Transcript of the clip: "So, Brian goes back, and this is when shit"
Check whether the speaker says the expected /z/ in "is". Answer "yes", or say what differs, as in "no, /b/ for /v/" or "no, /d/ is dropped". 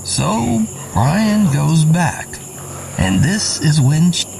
yes